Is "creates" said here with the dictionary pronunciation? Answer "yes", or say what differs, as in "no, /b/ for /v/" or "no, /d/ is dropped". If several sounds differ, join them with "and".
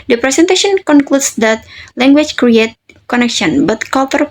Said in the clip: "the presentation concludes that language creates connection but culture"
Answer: no, /s/ is dropped